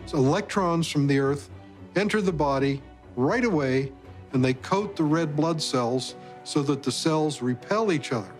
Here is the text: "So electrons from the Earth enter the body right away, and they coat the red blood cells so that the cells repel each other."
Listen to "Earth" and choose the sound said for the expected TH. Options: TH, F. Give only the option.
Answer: TH